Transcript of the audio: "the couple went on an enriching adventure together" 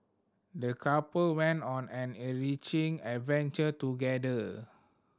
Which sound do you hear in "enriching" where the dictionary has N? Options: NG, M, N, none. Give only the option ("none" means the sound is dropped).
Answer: none